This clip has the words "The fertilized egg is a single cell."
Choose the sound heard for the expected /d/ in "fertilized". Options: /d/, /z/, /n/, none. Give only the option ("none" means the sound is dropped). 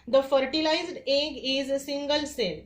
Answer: /d/